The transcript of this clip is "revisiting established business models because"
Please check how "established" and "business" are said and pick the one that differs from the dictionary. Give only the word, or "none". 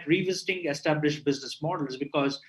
none